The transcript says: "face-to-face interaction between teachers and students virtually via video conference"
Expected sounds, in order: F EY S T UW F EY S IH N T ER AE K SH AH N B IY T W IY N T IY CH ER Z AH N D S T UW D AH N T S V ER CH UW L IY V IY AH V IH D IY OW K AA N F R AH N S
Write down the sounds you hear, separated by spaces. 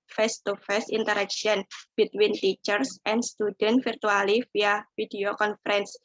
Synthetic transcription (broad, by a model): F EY S T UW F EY S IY N T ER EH K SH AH N B IY T W IY N T IY CH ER S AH N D S T UW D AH N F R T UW UW L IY F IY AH F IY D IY OW K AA N F R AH N S